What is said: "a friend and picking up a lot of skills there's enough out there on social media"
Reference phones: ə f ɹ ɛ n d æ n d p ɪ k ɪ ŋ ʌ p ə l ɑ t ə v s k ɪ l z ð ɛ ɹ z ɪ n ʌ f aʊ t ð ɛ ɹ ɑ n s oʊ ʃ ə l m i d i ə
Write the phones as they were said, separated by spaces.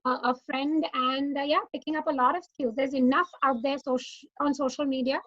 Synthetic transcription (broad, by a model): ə f ɹ ɛ n d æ n d p ɪ k ɪ ŋ ʌ p ə l ɑ t ə v s k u z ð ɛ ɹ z ɪ n ʌ f aʊ t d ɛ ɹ ɑ n s oʊ ʃ ə l m i d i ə